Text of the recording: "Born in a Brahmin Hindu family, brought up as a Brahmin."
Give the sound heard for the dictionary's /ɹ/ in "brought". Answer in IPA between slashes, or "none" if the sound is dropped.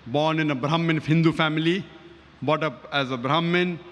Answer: none